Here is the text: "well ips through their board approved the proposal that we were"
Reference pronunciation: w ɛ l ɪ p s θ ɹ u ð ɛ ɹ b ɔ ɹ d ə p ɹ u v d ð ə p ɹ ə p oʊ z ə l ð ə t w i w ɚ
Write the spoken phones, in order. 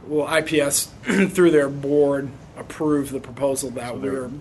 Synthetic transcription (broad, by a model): w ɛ l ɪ p s θ ɹ u ð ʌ ɹ b ɔ ɹ d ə p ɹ u v ð ə p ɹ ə p oʊ z l ð ə t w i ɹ